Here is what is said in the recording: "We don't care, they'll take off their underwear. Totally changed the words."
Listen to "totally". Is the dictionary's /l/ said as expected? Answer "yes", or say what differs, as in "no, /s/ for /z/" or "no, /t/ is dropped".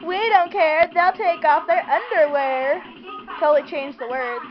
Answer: no, /l/ is dropped